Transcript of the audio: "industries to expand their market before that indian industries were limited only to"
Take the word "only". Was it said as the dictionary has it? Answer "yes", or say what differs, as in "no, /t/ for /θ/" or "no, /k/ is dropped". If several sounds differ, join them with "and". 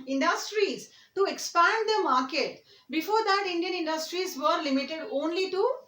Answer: yes